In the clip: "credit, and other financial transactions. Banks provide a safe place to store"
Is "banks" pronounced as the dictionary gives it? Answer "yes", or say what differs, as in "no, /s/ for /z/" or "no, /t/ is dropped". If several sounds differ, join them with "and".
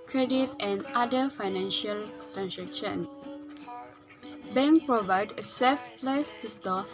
no, /s/ is dropped